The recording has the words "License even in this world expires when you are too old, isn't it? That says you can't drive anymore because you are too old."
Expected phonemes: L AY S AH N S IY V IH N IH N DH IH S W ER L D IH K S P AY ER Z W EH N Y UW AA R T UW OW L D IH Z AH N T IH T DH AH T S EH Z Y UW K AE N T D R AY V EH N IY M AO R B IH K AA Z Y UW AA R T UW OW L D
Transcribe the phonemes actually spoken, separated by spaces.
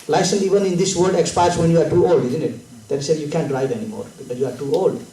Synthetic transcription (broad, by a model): L AY S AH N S IY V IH N IH N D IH S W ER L D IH K S P AY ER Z W EH N Y UW AA R T UW OW L D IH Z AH N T IH T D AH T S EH Y UW K AE N T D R AY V EH N IY M AO R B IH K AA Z Y UW AA R T UW OW L D